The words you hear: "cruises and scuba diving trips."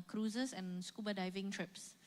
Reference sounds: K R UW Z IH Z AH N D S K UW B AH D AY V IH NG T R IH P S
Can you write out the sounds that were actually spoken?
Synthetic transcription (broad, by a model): K R UW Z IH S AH N S K UW B AH D AY V IH NG T R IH P S